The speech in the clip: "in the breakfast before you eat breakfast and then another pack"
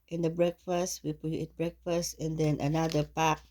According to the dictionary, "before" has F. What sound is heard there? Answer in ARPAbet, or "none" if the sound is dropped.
P